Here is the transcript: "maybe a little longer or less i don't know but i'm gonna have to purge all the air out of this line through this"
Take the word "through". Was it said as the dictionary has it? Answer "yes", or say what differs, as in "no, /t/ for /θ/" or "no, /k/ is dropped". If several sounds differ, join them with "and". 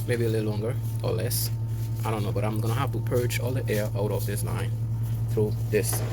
yes